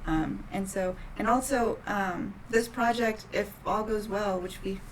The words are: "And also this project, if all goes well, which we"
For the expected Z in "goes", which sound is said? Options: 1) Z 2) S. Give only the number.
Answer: 1